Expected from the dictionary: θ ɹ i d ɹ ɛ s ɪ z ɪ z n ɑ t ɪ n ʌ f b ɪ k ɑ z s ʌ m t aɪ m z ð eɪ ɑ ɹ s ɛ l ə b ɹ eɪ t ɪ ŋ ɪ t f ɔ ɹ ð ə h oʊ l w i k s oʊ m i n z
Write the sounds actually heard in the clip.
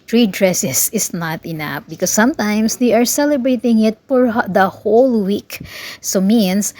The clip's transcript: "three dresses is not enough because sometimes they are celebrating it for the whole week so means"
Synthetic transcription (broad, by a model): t ɹ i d ɹ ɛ s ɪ s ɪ s n ɑ t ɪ n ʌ f b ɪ k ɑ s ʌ m t aɪ m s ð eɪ ɑ ɹ s ɛ l ə b ɹ eɪ t ɪ ŋ ɪ t f ɔ ɹ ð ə h oʊ l w i k s oʊ m i n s